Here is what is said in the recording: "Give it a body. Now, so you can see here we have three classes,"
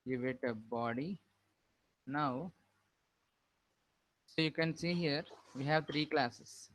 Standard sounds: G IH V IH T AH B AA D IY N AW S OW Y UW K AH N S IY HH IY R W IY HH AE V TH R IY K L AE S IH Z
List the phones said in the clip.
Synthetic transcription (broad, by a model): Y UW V IH T AH B AA D IY N AW S OW Y UW K AH N S IY HH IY R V IY HH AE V T R IY K L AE S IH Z